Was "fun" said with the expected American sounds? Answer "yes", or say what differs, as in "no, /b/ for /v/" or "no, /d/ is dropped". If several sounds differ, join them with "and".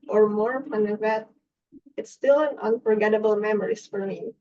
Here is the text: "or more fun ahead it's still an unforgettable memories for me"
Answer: no, /p/ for /f/